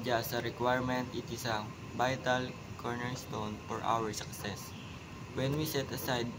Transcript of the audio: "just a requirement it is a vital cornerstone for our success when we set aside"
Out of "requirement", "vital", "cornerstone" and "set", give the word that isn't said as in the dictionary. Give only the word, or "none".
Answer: vital